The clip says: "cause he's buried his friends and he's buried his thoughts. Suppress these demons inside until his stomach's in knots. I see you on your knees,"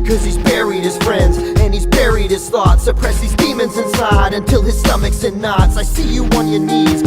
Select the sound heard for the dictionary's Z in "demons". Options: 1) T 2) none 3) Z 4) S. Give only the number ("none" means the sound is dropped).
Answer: 3